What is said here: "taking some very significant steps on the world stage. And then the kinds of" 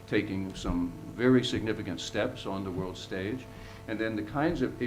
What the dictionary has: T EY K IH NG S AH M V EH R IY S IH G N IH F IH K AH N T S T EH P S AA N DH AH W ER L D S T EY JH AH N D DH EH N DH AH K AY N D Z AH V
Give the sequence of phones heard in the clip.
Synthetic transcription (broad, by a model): T EY K IH NG S AH M V EH R IY S IH G N IH F IH K AH N T S T EH P S N DH AH W ER L D S T EY JH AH N DH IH N DH AH K AY N D Z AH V